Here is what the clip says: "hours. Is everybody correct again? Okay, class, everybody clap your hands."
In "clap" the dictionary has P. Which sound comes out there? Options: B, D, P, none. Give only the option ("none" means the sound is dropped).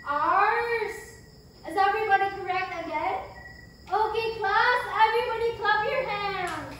B